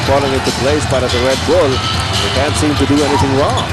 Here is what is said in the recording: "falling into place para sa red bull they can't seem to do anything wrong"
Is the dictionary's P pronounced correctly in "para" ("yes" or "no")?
no